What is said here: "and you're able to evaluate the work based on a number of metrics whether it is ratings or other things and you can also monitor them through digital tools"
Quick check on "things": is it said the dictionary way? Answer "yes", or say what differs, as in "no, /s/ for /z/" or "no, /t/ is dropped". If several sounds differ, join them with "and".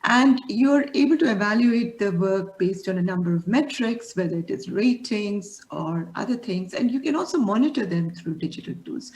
no, /t/ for /θ/